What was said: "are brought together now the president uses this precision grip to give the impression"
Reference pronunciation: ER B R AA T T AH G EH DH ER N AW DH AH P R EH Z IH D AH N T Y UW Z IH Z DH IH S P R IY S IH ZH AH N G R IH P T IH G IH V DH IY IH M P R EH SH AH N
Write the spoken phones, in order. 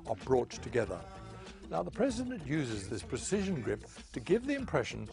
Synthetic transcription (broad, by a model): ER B R AA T T AH G EH DH ER N AW DH AH P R EH Z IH D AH N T Y UW Z IH Z DH IH S P R IY S IH ZH AH N G R IH P T IH G IH V DH IY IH M P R EH SH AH N